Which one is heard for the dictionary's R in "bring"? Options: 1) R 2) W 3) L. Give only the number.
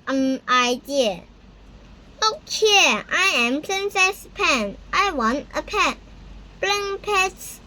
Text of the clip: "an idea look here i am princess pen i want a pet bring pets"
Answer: 3